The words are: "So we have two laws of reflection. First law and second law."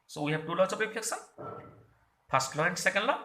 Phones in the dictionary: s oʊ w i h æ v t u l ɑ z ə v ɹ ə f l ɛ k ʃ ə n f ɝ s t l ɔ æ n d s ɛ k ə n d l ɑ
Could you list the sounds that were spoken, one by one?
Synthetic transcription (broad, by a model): s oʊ w i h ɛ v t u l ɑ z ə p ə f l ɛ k s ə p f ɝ s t l ɔ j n s ɛ k ə n d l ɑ